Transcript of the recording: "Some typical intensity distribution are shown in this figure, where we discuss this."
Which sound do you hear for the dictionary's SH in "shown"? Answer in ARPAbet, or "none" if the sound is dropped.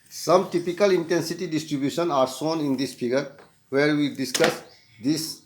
S